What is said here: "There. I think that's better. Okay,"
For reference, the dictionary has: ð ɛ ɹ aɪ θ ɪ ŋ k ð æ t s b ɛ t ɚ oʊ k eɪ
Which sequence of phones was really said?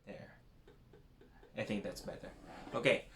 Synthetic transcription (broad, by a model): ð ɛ ɹ aɪ θ ɪ ŋ k ð æ t s b ɛ t ɚ oʊ k eɪ